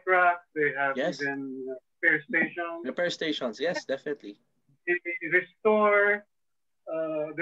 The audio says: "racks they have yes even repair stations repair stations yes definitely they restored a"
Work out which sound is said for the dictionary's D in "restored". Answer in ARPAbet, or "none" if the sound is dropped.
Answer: none